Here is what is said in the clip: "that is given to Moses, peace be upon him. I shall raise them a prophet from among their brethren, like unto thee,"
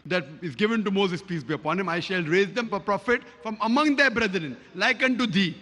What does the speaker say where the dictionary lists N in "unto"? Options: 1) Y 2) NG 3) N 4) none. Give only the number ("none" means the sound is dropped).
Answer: 3